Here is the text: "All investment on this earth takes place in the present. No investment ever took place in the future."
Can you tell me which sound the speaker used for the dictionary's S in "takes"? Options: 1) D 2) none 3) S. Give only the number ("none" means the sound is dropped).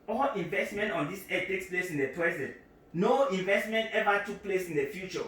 3